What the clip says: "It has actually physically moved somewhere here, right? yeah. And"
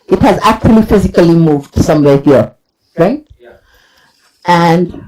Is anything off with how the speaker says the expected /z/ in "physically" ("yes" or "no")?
no